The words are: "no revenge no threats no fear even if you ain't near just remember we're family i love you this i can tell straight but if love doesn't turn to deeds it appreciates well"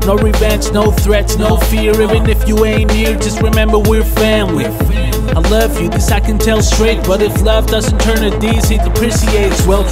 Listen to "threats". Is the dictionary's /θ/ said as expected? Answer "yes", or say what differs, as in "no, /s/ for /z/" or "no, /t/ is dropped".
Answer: yes